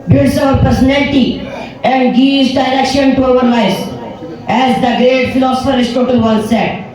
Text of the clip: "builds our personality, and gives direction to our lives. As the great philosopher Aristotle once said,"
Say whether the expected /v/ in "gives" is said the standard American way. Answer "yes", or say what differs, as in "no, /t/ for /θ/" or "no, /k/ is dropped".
no, /v/ is dropped